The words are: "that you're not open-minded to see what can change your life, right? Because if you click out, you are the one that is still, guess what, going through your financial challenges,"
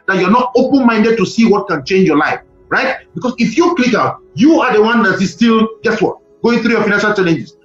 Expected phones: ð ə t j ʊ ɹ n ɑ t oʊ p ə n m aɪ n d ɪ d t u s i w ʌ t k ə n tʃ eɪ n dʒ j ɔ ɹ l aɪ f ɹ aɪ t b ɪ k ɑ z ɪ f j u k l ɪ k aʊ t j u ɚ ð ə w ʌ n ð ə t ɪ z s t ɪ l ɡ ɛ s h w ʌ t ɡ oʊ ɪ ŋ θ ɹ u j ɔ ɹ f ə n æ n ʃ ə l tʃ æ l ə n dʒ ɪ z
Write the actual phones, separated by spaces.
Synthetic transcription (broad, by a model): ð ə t j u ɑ n ɑ t oʊ p ə n m aɪ n d ɪ d t u s i w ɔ t k ə n tʃ eɪ n dʒ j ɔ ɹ l aɪ f ɹ aɪ t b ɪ k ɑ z ɪ f j u k l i k aʊ t j u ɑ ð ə w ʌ n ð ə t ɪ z s t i l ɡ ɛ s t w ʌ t ɡ oʊ ɪ ŋ θ ɹ u j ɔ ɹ f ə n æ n ʃ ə l tʃ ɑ l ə n dʒ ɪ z